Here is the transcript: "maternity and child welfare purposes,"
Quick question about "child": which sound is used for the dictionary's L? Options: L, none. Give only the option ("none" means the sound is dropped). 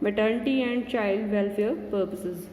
L